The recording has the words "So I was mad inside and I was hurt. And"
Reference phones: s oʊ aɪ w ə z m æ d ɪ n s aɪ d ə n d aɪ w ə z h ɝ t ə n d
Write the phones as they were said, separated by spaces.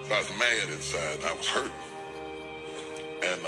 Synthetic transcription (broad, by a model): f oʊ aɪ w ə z m æ d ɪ n s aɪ ə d aɪ w ə z h ɝ t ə n